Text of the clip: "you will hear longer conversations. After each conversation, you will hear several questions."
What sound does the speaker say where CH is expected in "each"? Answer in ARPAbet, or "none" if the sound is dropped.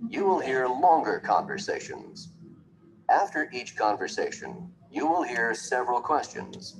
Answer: CH